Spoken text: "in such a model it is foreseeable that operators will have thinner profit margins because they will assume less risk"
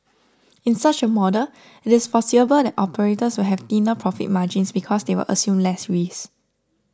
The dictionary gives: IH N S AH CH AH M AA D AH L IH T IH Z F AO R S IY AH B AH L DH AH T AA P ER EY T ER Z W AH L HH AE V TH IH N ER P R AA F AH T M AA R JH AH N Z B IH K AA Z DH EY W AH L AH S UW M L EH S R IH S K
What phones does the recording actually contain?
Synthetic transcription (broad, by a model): IH N S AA CH AH M AA D AH L IH T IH S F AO S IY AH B AH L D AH T AA P ER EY T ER S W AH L HH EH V T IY N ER P R AA F AH T M AA JH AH N S B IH K AA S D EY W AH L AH S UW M L EH S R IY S